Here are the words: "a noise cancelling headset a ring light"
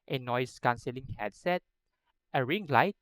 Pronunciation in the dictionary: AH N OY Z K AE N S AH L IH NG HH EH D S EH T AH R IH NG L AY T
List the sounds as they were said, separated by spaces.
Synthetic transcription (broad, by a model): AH N OY S K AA N S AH L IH NG HH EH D S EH T AH R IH NG L AY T